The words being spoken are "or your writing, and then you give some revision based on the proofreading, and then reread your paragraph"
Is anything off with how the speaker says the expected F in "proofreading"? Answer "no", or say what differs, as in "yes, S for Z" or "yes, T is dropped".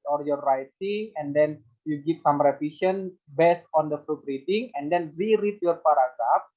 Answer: yes, P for F